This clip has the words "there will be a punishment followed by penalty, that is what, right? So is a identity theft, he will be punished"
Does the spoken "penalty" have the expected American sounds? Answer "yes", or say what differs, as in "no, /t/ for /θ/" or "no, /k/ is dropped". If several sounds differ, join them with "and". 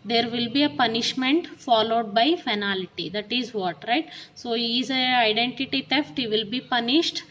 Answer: no, /f/ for /p/